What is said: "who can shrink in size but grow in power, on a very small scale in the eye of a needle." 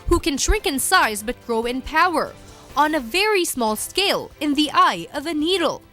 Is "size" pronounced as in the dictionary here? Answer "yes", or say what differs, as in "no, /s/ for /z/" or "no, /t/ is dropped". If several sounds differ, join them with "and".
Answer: yes